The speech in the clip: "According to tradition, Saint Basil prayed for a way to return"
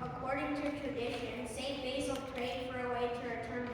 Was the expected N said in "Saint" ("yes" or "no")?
no